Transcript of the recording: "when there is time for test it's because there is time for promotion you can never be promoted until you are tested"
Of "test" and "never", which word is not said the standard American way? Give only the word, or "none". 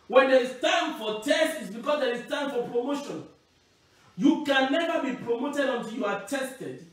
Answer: none